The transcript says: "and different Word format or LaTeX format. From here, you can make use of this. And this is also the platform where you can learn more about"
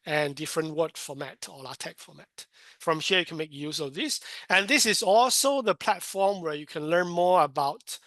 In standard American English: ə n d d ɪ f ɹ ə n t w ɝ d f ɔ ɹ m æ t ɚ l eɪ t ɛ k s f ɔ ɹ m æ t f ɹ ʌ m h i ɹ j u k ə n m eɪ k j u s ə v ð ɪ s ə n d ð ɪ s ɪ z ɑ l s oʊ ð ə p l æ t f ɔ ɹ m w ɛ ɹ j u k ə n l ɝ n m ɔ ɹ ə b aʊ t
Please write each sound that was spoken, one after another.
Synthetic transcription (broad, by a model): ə n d d ɪ f ɹ ə n t w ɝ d f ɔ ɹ m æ t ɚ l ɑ t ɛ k f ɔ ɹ m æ t f ɹ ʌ m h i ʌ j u k ə n m eɪ k j u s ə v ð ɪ s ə n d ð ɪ s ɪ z ɑ l s oʊ ð ə p l æ t f ɔ ɹ m w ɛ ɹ j u k ə n l ɝ n m ɔ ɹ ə b aʊ t